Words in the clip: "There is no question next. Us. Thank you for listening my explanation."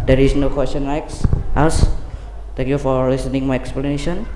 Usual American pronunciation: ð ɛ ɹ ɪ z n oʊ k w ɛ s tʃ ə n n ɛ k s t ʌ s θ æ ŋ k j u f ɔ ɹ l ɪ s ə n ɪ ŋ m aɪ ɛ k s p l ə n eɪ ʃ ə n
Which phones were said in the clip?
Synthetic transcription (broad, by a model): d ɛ ɹ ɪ s n oʊ k w ɛ s tʃ ə n l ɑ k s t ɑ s t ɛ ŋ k j u f ɔ ɹ l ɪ s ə n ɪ ŋ m aɪ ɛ k s p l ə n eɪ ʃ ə n